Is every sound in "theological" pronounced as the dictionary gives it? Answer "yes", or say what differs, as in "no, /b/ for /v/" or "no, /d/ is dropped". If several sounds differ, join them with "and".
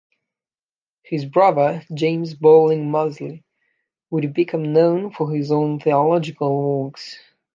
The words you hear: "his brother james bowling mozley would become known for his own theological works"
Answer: yes